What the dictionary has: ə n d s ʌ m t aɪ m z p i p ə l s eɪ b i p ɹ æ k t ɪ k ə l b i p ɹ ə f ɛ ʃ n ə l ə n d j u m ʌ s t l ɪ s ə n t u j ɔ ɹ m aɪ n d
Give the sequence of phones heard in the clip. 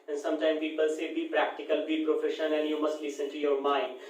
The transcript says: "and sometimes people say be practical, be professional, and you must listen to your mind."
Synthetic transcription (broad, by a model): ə n s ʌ m t aɪ m p i p ə l s eɪ b i p ɹ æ k t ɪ k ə l b i p ɹ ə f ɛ ʃ ə n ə n j u m ʌ s t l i s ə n t u j ɔ ɹ m aɪ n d